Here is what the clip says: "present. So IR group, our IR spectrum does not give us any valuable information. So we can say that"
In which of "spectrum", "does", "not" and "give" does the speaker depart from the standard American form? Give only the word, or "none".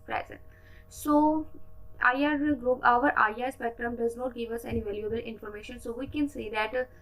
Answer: spectrum